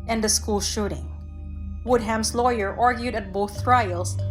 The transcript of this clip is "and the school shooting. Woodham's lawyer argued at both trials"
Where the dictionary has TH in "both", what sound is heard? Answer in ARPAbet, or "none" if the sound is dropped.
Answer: TH